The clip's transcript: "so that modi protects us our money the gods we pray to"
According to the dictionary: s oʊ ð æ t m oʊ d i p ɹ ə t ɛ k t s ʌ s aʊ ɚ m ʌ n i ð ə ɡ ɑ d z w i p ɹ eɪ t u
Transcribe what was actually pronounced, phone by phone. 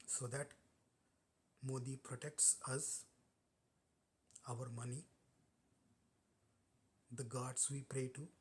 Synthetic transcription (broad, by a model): s oʊ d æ t m oʊ d i p ɹ ə t ɛ k t s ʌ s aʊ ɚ m ʌ n i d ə ɡ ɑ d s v i p ɹ eɪ t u